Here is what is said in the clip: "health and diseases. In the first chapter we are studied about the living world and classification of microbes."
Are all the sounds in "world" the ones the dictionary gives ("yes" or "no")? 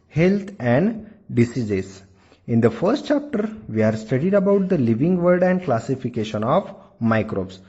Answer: no